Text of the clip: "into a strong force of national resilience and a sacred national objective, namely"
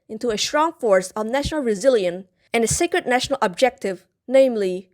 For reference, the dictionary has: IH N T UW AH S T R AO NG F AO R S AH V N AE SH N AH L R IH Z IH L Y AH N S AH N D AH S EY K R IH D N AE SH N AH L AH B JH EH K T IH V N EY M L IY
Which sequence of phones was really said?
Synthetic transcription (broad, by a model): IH N T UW AH S T R AO NG F AO R S AH V N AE SH N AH L R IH Z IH L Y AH N AH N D AH S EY K R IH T N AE SH N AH L AH B JH EH K T IH V N EY M L IY